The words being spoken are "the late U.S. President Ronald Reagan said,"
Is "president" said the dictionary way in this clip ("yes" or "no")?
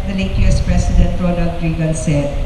no